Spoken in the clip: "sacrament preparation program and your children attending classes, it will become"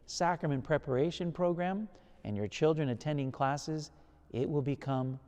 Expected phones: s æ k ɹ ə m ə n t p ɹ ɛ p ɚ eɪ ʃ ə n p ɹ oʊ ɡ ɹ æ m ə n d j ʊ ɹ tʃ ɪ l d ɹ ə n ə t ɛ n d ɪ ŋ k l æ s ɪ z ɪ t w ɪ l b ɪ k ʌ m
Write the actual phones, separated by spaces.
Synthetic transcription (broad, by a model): s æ k ɹ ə m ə n p ɹ ɛ p ɚ eɪ ʃ ə n p ɹ oʊ ɡ ɹ æ m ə n j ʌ ɹ tʃ ɪ l d ɹ ə n ə t ɛ n d ɪ ŋ k l æ s ɪ z ɪ t w ɪ l b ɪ k ʌ m